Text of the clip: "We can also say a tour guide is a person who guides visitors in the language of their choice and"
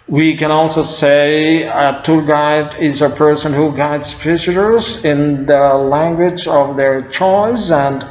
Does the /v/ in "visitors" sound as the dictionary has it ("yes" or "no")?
no